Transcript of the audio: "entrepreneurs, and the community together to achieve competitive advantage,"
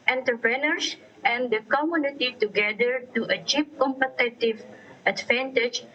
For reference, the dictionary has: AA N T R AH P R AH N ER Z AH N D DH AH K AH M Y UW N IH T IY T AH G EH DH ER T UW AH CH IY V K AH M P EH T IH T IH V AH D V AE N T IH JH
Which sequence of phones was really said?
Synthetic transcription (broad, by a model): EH N T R P R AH N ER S AH N D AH K AH M Y UW N IH T IY T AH G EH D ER T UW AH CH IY P K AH M P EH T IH T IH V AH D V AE N T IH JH